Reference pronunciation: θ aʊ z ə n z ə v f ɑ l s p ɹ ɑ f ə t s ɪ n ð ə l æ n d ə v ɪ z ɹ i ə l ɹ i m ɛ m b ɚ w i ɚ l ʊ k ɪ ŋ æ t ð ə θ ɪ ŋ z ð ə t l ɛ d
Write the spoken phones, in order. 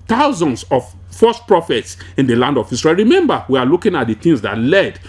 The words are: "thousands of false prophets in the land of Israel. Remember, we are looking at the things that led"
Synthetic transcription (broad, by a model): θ aʊ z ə n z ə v f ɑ s p ɹ ɑ f ə t s ɪ n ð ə l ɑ n d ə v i s ɹ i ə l ɹ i m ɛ m b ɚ w i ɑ l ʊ k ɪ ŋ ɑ t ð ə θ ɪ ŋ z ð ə t l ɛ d